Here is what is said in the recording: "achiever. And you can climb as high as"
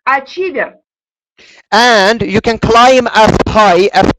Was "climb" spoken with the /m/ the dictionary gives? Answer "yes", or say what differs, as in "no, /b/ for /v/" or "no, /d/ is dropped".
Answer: yes